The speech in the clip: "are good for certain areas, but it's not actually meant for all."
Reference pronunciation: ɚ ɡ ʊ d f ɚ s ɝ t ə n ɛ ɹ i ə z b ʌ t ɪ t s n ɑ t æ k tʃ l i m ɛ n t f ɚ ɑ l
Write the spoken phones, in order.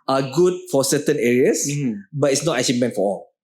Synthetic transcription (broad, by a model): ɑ ɡ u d f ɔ s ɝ t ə n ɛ ɹ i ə s b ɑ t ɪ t s n ɑ t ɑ tʃ i m ɛ n t f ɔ ɑ l